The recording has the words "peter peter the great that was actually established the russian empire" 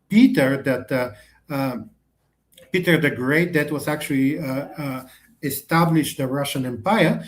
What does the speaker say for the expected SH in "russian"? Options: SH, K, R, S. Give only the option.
SH